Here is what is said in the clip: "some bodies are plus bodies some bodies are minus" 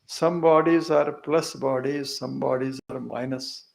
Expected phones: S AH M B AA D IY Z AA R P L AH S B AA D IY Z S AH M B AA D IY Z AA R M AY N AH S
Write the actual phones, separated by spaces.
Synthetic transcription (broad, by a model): S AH M B AA D IY Z AA R P L AH S B AA D IY Z S AH M B AA D IY Z AA R M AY N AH S